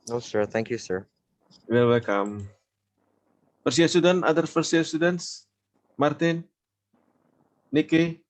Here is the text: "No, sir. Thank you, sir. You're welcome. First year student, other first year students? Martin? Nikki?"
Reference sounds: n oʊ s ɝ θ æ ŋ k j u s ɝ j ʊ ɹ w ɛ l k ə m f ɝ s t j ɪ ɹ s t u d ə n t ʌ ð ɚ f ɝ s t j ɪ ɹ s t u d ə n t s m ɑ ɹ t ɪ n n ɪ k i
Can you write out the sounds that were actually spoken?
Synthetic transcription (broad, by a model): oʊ s ɝ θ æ ŋ k j u s ɝ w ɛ l w ɛ l k ə m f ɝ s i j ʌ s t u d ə n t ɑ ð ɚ f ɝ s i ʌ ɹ s t u d ə n t s m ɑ ɹ t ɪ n n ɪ k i